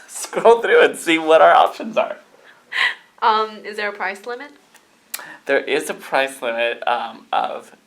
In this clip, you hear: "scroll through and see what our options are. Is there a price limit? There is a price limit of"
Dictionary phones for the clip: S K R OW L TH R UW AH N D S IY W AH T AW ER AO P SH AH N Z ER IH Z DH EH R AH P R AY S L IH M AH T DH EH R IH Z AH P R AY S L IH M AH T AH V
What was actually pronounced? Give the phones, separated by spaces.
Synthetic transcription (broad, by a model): S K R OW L TH R UW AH N S IY W AH T AW ER AO P SH AH N Z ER IH Z DH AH R AH P R AY S L IH M AH T DH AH R IH Z AH P R AY S L IH M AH T AH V